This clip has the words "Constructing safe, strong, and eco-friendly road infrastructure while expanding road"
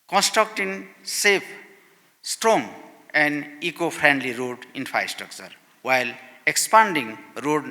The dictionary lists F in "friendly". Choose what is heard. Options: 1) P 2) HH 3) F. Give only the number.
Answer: 1